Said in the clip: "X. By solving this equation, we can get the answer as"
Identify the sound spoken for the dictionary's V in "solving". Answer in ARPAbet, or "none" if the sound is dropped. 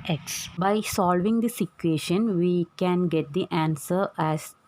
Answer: V